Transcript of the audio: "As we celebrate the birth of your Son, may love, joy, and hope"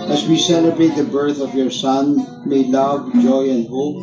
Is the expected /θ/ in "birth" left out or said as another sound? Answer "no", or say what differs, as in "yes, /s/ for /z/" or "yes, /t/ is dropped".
no